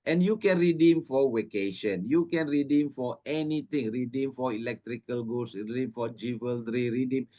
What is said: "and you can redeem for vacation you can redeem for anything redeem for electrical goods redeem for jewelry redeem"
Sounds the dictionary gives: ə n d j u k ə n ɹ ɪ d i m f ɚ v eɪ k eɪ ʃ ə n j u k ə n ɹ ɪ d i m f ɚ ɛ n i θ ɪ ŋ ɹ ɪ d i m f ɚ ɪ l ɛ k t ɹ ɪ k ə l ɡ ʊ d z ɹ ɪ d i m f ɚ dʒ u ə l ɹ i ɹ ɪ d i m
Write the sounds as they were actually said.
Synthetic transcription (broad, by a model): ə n j u k ə n ɹ ɪ d i m f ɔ w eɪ k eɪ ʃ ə n j u k ə n ɹ ɪ d i m f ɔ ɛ n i t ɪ ŋ ɹ ɪ d i m f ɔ ɪ l ɛ k t ɹ ɪ k ə l ɡ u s ɹ ɪ d i m f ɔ dʒ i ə l ɹ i ɹ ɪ d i m